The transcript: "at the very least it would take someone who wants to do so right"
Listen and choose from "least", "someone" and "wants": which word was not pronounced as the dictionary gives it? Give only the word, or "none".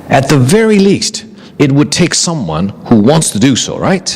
none